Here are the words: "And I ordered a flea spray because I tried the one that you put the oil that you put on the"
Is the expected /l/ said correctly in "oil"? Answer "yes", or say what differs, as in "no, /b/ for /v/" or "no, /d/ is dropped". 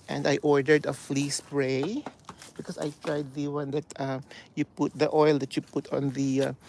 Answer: yes